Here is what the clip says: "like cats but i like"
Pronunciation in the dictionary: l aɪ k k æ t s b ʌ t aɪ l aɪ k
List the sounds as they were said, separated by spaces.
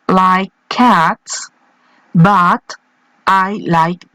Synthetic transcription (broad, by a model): l aɪ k k æ t s b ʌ t aɪ l aɪ k